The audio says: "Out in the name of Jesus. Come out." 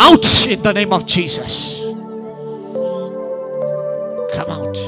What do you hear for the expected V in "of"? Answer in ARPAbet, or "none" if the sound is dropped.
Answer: V